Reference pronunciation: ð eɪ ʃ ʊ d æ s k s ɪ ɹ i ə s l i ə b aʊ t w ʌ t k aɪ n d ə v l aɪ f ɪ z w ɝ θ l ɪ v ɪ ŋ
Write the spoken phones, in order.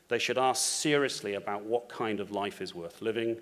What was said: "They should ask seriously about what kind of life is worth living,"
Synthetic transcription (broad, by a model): ð eɪ ʃ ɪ d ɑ s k s ɪ ɹ i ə s l i ə b aʊ t w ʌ t k aɪ n d ə v l aɪ f ɪ z w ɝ θ l ɪ v ɪ ŋ